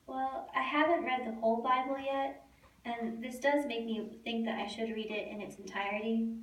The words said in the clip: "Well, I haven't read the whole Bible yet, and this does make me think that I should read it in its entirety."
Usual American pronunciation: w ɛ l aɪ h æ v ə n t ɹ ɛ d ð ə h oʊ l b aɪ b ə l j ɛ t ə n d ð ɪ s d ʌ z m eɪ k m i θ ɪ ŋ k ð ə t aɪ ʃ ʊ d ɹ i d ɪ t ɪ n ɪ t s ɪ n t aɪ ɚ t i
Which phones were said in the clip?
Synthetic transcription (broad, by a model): w ɛ l aɪ h æ v ə n t ɹ ɛ d ð ə h oʊ l b aɪ b l j ɛ t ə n ð ɪ s d ʌ z m eɪ k m i θ ɪ ŋ k ð ə t aɪ ʃ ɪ d ɹ i d ɪ t ɪ n ɪ t s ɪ n t aɪ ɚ t i